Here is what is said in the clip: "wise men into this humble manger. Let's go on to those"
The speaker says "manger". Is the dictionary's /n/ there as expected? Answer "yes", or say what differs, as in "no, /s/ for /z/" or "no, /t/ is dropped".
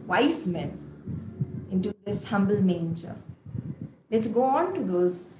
yes